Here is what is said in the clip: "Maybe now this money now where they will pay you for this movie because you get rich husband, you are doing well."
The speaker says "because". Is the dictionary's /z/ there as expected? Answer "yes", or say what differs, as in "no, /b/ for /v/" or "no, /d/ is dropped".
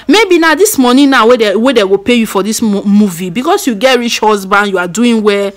no, /s/ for /z/